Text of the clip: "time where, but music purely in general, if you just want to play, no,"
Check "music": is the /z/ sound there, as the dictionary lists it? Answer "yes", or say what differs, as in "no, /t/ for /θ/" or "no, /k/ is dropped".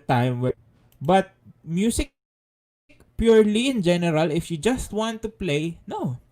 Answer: no, /s/ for /z/